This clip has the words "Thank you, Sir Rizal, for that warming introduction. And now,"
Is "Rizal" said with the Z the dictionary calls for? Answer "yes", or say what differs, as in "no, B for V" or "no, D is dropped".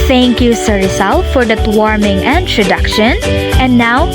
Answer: no, S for Z